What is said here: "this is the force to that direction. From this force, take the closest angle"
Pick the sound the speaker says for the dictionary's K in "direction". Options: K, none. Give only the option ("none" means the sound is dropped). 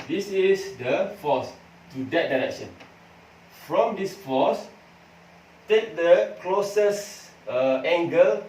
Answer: K